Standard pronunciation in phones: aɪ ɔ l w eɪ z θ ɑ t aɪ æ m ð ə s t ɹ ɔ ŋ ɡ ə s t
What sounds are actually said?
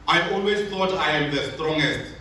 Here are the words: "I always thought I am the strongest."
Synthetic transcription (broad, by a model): aɪ ɔ l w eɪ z t ɑ t aɪ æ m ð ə s t ɹ ɔ ŋ ɡ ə s t